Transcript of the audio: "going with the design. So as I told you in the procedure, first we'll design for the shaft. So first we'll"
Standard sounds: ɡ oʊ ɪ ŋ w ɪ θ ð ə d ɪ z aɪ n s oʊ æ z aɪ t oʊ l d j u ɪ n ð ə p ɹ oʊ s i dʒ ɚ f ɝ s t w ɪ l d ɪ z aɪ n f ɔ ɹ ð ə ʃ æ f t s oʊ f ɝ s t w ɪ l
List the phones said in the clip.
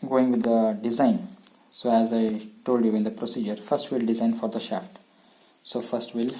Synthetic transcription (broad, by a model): ɡ oʊ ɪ ŋ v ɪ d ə d ɪ z aɪ n s oʊ æ z aɪ t oʊ l d j u ɪ n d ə p ɹ oʊ s i dʒ ɚ f ɝ s t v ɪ l d ɪ z aɪ n f ɔ ɹ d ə ʃ æ f t s oʊ f ɝ s t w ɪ l